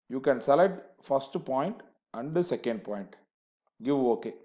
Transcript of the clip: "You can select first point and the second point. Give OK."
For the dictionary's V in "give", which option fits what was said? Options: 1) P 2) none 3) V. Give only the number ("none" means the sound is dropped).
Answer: 3